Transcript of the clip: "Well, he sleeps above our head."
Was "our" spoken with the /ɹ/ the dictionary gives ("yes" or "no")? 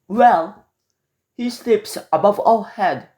no